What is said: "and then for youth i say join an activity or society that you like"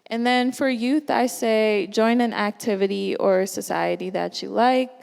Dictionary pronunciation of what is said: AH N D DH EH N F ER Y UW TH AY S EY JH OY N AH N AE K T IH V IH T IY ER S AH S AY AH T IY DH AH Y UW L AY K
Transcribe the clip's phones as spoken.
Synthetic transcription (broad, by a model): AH N DH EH N F ER Y UW TH AY S EY JH OY N AH N AE K T IH V IH T IY ER S AH S AY AH T IY DH AH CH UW L AY K